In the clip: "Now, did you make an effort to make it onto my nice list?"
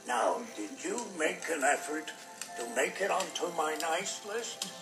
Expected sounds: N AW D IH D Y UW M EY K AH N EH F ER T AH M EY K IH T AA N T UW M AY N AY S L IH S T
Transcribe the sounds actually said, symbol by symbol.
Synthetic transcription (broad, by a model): N AW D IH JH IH M EY K AH N EH F ER T AH M EY K IH T AA N T UW M AY N AY S L IH S T